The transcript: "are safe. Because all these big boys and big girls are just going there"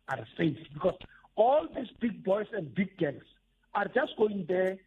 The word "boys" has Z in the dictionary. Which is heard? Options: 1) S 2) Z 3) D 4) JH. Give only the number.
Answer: 1